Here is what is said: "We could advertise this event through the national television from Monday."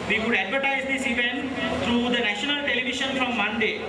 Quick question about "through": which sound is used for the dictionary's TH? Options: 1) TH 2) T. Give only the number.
2